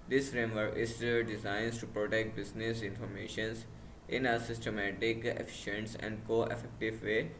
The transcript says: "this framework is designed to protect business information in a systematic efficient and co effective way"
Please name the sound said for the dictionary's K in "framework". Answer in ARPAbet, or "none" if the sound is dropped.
none